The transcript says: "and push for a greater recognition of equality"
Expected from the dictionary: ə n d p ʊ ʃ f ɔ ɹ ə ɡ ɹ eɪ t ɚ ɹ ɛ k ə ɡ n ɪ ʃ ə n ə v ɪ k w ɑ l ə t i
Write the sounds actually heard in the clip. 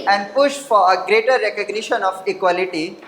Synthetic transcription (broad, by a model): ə n d p ʊ ʃ f ɔ ɹ ə ɡ ɹ eɪ t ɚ ɹ ɛ k ə ɡ n ɪ ʃ ə n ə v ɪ k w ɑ l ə t i